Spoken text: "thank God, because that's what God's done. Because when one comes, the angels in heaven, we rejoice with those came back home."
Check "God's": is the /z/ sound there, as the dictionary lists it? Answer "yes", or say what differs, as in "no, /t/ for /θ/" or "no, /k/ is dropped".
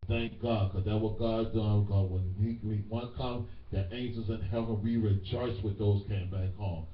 no, /z/ is dropped